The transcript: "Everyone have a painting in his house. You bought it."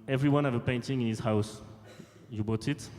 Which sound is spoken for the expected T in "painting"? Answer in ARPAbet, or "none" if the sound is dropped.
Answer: T